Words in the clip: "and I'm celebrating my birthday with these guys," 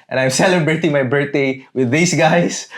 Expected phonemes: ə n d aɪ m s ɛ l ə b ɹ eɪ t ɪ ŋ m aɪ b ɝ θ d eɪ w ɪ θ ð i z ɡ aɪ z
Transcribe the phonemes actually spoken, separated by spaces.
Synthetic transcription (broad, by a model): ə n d aɪ m s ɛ l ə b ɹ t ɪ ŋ m aɪ b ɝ t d eɪ w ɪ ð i s ɡ aɪ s